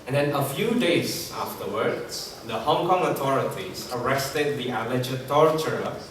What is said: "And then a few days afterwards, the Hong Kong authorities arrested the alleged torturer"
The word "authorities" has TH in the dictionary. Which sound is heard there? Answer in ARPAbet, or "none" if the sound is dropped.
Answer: T